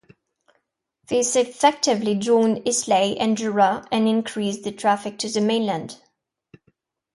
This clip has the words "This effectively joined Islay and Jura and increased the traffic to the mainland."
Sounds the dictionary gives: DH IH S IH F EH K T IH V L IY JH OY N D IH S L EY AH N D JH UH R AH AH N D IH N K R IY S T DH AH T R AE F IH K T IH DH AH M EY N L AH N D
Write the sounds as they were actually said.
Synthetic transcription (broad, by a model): DH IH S IH F EH K T IH V L IY JH OY N D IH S L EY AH N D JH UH R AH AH N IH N K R IY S DH AH T R AE F IH K T IH DH AH M EY N L AH N D